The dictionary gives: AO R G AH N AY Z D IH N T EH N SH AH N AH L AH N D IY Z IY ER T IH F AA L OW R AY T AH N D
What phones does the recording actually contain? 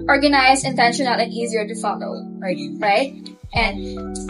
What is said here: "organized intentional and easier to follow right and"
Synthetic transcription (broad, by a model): AO R G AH N AY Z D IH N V EH N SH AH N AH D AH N IY Z IY ER T IH F AA L OW R AY T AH N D